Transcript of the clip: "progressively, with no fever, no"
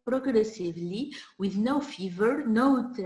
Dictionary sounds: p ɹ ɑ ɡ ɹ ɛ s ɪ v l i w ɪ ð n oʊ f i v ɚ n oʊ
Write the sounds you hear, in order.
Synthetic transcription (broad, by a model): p ɹ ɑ ɡ ɹ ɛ s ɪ v l i w ɪ ð n oʊ f i v ɚ n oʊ